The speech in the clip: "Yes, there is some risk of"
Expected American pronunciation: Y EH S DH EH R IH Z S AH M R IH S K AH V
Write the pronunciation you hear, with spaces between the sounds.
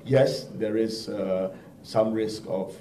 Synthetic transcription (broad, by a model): Y EH S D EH R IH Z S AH M R IH S K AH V